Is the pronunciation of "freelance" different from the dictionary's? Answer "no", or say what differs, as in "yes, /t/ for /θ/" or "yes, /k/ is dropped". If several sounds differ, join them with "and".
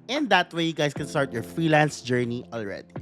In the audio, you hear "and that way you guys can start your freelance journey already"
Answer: no